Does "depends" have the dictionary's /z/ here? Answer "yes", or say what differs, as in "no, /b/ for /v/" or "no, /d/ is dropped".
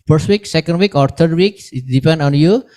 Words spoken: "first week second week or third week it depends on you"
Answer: no, /z/ is dropped